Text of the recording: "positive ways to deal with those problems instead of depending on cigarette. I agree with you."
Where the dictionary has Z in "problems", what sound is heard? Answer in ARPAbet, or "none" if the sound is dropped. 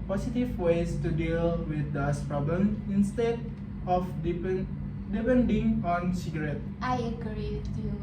none